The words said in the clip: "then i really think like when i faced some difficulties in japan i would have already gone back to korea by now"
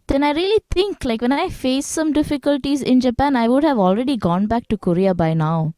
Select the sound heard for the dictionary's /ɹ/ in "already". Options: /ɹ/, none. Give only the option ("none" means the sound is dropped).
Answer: /ɹ/